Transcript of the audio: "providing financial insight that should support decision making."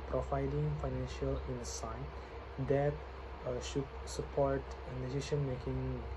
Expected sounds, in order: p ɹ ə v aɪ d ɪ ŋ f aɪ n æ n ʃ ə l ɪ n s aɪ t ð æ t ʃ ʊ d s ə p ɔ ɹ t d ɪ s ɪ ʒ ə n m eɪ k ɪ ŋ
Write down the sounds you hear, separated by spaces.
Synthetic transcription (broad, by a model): p ɹ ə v aɪ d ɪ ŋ f aɪ n æ n ʃ ə l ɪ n s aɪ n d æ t ʃ ʊ d s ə p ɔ ɹ t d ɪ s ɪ ʃ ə n m eɪ k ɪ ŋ